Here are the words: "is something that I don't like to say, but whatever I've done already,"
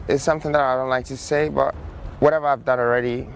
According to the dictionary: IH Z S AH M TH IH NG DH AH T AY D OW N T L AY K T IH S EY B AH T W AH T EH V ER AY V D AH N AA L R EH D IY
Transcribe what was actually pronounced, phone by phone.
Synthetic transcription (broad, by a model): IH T S AH M TH IH NG DH AH T AY D OW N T L AY K T IH S EY B AH T W AH T EH V ER AY V D AH N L R EH D IY